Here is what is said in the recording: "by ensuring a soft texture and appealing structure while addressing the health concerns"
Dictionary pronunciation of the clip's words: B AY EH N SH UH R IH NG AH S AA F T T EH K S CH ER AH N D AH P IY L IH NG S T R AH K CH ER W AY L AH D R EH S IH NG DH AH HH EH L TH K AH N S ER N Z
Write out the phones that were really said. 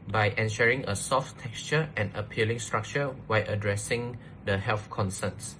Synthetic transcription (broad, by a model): B AY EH N SH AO R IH NG AH S AA F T T EH K S CH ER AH N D AH P IY L IH NG S T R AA K CH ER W AY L AH D R EH S IH NG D AH HH EH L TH K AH N S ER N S